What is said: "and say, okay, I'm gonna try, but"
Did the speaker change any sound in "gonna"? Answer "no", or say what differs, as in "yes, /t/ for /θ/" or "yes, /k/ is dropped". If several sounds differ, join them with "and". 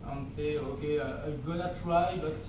yes, /l/ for /n/